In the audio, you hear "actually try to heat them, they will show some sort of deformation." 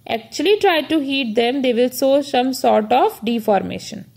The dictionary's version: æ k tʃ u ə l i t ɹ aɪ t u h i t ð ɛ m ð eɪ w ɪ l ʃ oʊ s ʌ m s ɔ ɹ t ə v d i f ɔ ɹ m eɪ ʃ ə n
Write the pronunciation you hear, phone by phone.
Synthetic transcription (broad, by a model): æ k tʃ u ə l i t ɹ aɪ t u h i t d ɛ m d eɪ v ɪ l s oʊ s ʌ m s ɔ ɹ t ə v d i f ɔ ɹ m eɪ ʃ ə n